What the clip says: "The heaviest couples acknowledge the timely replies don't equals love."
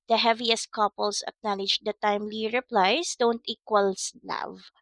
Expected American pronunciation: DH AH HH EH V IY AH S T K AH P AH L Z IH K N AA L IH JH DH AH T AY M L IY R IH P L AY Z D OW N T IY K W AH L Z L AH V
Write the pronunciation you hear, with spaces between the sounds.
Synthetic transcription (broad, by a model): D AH HH EH V IY AH S T K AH P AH L S IH K N AA L IH JH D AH T AY M L IY R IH P L AY S D OW N T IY K W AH L S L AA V